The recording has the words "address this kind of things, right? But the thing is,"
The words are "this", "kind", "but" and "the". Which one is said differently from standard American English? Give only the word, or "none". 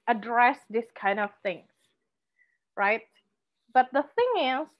none